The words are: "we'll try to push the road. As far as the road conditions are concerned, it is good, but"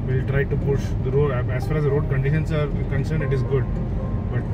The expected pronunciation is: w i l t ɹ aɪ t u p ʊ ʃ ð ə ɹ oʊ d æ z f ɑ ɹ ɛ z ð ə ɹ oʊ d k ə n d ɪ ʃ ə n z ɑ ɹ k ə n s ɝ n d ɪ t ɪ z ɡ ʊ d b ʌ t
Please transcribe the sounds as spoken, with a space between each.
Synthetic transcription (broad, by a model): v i l t ɹ aɪ t u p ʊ ʃ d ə ɹ oʊ d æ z f ɑ ɹ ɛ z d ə ɹ oʊ d k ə n d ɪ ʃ ə n s ɑ ɹ k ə n s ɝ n ɪ t ɪ z ɡ ʊ d b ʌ t